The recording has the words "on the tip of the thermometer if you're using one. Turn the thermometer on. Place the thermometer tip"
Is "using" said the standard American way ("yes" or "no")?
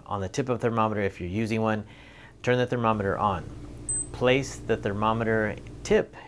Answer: yes